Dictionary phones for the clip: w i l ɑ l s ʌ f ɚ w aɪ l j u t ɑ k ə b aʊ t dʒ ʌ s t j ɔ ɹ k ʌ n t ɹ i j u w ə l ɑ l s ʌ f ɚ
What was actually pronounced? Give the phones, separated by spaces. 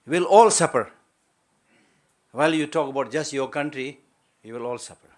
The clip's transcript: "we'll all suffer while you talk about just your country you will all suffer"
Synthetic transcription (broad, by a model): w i l ɑ l s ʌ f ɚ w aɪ l j u t ɑ k ə b aʊ t dʒ ʌ s t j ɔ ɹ k ʌ n t ɹ i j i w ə l ɑ l s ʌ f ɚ